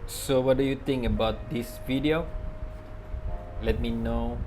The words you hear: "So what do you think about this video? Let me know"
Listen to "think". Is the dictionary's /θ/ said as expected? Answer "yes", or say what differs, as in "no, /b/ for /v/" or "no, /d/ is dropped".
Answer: no, /t/ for /θ/